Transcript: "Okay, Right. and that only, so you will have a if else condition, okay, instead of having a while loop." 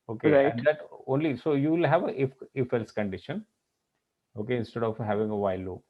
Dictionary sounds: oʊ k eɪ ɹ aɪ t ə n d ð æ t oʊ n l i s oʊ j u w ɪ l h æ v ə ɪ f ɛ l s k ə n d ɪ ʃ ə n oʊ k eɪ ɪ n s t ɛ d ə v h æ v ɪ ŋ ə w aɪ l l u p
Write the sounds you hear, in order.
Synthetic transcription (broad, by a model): oʊ k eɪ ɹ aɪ ə n d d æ t oʊ n l i s oʊ j u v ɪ l h æ v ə ɪ f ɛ l s k ə n d ɪ ʃ ə n oʊ k eɪ ɪ n s t ɛ d ə v h æ v ɪ ŋ ə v aɪ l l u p